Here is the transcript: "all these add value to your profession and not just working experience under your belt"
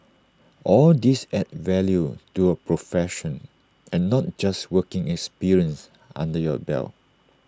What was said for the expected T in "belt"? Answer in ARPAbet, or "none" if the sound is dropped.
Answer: none